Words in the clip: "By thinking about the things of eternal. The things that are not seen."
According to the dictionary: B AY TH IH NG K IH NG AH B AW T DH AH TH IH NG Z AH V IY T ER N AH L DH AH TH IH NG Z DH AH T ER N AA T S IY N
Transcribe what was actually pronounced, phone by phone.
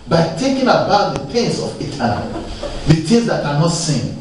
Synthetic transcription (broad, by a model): B AY T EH K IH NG AH B AW T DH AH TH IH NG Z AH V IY T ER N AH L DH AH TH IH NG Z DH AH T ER N AA T S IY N